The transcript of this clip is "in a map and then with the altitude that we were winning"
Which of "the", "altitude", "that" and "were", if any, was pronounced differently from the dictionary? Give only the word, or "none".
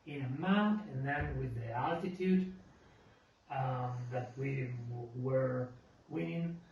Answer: none